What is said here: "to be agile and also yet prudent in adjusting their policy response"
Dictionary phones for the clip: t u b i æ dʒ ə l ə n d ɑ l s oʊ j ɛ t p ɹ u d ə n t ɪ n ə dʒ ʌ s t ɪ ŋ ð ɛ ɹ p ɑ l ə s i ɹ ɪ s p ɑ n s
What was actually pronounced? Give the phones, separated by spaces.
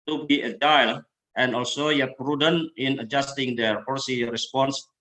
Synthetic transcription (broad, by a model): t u b i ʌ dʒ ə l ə n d ɑ l s oʊ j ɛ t p ɹ u d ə n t ɪ n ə dʒ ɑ s t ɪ ŋ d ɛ ɹ f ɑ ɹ s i ɹ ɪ s p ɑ n s